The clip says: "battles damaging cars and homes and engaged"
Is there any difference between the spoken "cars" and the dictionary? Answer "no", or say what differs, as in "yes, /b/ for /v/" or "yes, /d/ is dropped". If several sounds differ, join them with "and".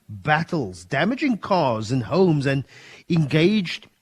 no